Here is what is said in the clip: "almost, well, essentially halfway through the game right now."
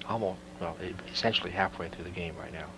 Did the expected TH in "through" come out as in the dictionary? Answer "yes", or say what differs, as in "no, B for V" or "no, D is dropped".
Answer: yes